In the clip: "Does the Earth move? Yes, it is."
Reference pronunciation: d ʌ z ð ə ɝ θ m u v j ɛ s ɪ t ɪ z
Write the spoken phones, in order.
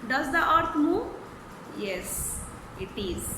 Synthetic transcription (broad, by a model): d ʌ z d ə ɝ t m u v j ɛ s ɪ t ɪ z